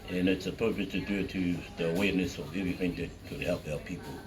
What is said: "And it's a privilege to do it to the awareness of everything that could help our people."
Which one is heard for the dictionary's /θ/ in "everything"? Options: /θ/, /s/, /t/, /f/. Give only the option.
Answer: /θ/